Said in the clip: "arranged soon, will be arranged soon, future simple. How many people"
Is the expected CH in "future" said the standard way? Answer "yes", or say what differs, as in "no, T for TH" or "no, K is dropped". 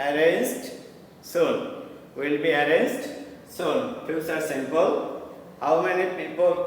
no, S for CH